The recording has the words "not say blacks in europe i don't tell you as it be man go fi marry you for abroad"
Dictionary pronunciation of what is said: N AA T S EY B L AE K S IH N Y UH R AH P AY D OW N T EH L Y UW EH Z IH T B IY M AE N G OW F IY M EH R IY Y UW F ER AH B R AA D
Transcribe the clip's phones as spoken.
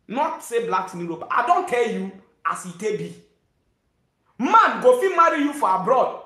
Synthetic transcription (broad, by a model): N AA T S EY B L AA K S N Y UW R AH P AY D OW N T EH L Y UW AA S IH T B IY M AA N G OW F IY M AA R IY Y UW F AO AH B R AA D